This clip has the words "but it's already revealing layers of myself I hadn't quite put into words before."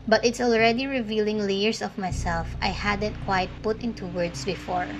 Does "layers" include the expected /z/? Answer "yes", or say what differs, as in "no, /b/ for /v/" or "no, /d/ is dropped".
no, /s/ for /z/